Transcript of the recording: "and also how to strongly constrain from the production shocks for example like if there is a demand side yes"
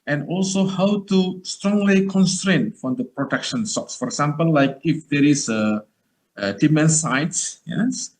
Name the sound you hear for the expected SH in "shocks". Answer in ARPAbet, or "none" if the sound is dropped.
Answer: S